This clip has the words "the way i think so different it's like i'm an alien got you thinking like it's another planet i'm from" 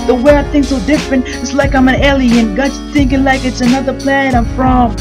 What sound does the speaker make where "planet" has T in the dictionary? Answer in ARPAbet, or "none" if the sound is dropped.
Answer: none